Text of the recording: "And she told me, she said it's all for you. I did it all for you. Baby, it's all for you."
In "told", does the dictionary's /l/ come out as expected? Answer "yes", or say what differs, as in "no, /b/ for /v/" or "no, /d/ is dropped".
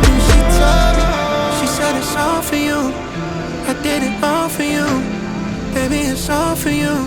no, /l/ is dropped